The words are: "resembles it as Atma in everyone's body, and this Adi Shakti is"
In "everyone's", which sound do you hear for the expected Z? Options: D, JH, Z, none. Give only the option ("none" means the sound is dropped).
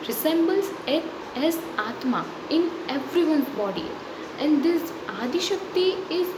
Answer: none